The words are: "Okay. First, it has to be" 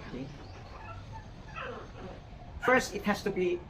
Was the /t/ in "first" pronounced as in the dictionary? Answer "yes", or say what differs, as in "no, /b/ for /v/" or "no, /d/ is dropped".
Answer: yes